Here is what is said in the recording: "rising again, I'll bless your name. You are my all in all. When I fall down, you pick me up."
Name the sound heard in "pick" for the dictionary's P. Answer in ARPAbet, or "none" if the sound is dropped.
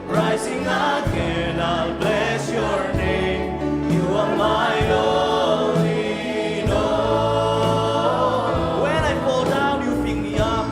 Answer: F